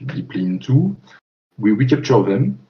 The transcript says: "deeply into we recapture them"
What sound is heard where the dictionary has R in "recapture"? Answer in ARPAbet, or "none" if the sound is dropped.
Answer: W